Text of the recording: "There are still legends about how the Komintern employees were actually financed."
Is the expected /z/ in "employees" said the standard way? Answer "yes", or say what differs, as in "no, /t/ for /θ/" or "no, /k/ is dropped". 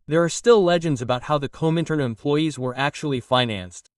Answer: yes